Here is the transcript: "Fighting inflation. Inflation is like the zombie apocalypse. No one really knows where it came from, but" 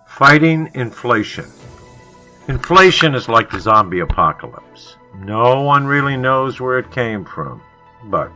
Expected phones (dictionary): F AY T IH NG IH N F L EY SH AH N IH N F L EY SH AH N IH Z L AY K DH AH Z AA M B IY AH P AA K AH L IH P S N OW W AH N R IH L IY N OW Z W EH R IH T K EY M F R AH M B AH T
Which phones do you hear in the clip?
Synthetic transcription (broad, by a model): F AY T IH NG IH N F L EY SH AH N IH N F L EY SH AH N IH Z L AY K DH AH Z AA M B IY AH P AA K AH L IH P S N OW W AH N R IH L IY N OW Z W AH R IH T K EY M F R AH M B AH T